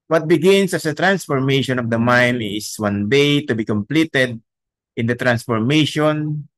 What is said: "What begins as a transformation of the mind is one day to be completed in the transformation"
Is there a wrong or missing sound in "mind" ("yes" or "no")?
yes